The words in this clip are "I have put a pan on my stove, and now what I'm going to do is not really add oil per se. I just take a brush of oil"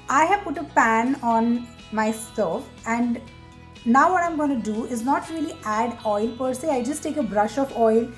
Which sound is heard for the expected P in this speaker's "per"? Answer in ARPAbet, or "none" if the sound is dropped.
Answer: P